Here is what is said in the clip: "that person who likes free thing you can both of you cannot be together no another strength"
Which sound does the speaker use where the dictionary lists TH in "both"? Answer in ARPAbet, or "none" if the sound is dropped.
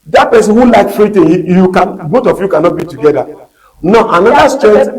T